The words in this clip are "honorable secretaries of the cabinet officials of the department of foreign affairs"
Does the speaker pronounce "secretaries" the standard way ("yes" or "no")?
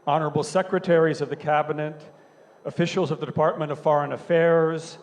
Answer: yes